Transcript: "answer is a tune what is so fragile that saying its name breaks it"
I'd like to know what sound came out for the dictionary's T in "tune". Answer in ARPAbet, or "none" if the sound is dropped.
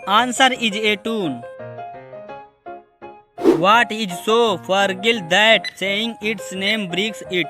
T